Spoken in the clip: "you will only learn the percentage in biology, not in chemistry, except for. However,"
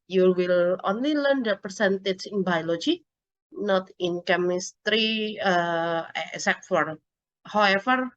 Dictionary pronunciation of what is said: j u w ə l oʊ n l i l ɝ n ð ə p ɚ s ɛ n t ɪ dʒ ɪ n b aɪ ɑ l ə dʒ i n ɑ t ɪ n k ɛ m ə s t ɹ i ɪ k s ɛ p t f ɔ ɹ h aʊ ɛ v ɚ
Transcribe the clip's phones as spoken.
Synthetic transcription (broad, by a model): j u w ə l oʊ n l i l ɝ n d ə p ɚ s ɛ n t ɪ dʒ ɪ n b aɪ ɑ l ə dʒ i n ɑ t ɪ n k ɛ m ə s t ɹ i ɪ s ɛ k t f ɔ ɹ h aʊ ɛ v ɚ